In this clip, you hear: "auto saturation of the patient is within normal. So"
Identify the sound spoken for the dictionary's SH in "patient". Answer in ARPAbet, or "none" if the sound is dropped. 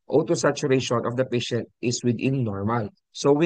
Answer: SH